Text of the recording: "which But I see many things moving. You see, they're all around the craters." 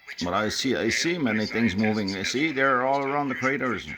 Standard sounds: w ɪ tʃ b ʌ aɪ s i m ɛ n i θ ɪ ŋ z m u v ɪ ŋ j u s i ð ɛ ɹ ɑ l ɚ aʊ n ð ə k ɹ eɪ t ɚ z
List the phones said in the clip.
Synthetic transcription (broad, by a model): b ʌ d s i aɪ s i m ɛ n i θ ɪ ŋ z m u v ɪ ŋ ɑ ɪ s i ð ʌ ɹ ɑ l ɚ aʊ n ð ə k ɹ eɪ t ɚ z